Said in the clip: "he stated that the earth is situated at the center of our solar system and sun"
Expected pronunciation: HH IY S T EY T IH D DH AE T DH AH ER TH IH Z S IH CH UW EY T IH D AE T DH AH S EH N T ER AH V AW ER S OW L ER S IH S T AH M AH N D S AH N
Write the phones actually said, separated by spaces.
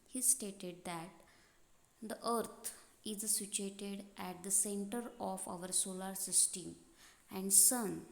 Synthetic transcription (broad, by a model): HH IY S T EY T IH D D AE T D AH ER T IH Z S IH CH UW EY T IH D AE T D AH S EH N T ER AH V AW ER S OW L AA S IH S T AH M AH N D S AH N